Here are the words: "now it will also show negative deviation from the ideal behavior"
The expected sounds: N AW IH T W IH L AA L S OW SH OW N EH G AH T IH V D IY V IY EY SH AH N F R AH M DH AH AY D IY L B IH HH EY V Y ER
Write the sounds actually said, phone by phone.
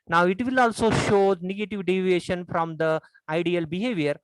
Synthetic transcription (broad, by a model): N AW IH T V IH L AA L S OW SH OW N EH G AH T IH V D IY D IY EY SH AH N F R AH M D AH AY D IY L B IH HH EY V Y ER